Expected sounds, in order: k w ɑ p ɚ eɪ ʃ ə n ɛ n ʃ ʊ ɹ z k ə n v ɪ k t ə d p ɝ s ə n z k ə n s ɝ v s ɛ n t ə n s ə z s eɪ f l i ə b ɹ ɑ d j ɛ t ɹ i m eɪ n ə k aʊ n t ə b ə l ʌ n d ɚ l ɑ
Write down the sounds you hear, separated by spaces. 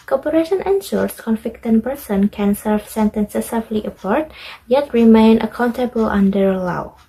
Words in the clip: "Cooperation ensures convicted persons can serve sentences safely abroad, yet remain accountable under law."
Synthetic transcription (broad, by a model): k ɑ p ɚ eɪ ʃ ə n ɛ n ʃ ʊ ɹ s k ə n f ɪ k t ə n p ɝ s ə n k ə n s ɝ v s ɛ n t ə n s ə s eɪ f l i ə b ɹ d j ɛ t ɹ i m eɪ n ə k aʊ n t ə b ə l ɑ n d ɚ l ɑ